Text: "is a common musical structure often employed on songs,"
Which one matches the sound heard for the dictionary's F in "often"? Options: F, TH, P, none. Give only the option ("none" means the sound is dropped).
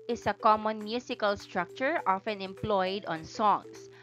F